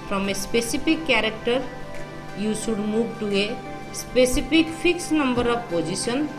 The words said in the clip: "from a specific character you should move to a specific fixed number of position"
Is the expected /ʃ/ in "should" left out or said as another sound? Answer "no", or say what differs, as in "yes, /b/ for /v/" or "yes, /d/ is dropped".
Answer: yes, /s/ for /ʃ/